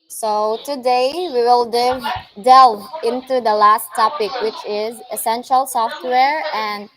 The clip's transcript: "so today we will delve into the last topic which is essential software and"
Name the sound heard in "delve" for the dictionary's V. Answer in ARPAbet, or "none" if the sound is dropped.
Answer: none